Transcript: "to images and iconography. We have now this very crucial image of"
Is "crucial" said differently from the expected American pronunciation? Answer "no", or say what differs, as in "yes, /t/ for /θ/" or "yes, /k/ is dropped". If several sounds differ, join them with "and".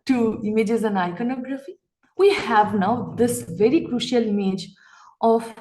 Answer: no